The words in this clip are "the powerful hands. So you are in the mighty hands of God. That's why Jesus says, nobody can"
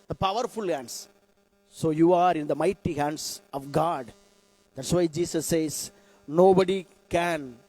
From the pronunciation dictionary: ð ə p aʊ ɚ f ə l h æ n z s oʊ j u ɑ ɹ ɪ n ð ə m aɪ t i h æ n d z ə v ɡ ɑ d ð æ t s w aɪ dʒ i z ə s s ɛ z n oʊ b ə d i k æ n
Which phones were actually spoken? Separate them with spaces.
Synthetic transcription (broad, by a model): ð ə p aʊ ɚ f ə l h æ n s s oʊ j u ɑ ɹ ɪ n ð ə m aɪ t i h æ n d s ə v ɡ ɑ d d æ t s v aɪ dʒ i s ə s s ɛ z n oʊ b ə d i k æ n